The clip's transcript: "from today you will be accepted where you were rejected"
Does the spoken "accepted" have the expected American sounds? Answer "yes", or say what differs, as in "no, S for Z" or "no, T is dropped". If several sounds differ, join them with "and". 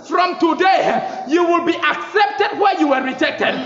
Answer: yes